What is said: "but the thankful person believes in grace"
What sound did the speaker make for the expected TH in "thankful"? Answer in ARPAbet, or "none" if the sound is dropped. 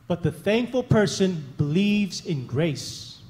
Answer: TH